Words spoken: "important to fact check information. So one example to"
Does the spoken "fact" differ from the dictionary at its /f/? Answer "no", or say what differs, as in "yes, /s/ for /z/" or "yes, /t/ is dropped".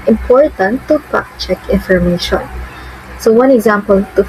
yes, /p/ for /f/